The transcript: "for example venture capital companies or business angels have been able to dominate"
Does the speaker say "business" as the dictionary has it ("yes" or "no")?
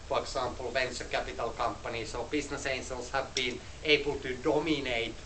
no